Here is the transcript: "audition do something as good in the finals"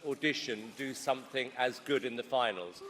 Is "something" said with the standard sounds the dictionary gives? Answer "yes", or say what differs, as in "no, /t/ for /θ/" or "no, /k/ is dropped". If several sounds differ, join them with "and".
yes